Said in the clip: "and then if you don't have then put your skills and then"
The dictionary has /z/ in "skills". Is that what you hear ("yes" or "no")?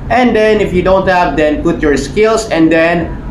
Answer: no